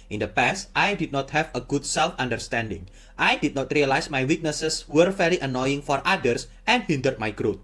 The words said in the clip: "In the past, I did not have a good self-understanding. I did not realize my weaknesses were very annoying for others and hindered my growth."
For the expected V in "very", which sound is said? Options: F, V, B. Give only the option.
F